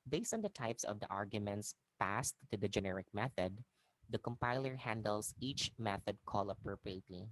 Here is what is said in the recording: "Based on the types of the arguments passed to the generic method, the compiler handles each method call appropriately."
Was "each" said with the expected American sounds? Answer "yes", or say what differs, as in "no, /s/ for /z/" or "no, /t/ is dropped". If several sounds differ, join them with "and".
yes